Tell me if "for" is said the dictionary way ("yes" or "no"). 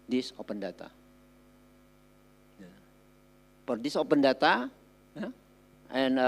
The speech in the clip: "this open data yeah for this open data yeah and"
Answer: no